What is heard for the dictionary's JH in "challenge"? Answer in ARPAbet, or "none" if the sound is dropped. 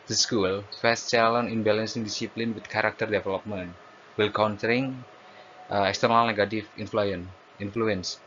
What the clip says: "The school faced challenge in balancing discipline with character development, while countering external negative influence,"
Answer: none